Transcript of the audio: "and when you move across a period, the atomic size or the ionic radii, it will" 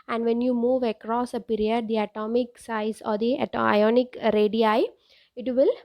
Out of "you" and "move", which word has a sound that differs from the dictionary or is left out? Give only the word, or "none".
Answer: none